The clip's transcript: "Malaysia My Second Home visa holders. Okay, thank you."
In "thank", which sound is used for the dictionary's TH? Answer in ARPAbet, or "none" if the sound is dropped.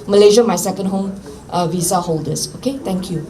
T